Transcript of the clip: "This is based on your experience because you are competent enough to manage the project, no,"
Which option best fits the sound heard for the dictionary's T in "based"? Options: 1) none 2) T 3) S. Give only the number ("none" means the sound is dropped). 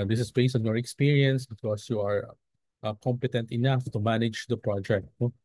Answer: 1